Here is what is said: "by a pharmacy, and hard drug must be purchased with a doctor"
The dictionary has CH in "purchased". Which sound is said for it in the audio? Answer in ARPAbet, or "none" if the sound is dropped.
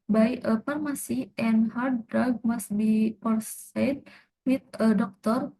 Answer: S